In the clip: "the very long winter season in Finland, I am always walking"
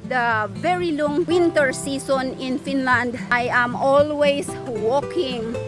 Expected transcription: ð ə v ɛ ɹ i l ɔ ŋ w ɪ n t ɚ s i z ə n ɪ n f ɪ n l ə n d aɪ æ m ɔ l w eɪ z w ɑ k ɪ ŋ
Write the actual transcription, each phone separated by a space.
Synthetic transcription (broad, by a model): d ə v ɛ ɹ i l ɔ ŋ w ɪ n t ɚ s i s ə n ɪ n f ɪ n l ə n d aɪ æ m ɔ l w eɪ s w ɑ k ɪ ŋ